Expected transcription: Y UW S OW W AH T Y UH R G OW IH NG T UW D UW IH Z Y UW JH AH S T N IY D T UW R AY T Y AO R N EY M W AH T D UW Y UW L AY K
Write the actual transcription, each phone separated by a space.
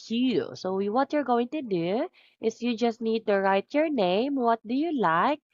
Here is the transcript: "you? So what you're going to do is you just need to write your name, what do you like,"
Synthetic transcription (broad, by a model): Y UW S OW W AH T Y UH R G OW IH NG T UW D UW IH S Y UW JH AH S T N IY D T UW R AY T Y AO R N EY M W AH T D UW Y UW L AY K